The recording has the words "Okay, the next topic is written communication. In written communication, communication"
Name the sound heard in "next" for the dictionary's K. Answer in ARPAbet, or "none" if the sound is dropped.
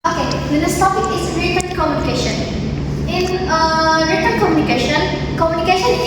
none